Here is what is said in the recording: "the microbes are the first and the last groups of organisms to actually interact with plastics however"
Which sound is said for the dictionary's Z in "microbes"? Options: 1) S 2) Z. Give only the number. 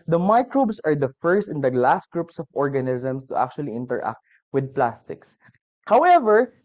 1